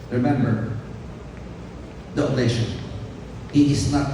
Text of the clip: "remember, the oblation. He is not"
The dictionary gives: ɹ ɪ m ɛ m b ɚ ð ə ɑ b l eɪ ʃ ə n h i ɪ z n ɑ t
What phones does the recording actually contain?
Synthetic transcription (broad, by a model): ɹ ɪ m ɛ m b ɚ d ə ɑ l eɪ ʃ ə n h i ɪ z n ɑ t